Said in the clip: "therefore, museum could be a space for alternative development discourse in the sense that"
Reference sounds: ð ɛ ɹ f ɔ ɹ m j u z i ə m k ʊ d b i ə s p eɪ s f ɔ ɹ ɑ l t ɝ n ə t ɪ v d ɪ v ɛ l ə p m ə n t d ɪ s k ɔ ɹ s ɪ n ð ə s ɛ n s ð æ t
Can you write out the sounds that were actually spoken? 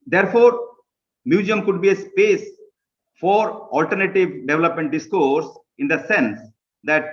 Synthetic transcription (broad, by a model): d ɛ ɹ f ɔ ɹ m j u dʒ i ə m k ʊ d b i ə s p eɪ s f ɔ ɹ ɑ l t ɝ n ə t ɪ v d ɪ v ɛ l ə p m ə n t d ɪ s k ɔ ɹ s ɪ n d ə s ɛ n s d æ t